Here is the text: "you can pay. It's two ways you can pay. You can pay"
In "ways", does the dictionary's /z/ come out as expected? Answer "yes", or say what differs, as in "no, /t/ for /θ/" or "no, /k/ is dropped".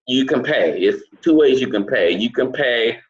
yes